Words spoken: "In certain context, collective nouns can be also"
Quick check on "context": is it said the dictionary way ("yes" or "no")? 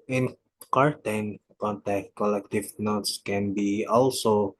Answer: no